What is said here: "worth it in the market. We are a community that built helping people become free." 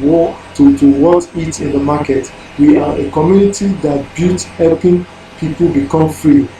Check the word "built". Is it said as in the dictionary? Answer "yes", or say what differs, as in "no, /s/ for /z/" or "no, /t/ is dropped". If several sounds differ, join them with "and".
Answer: no, /l/ is dropped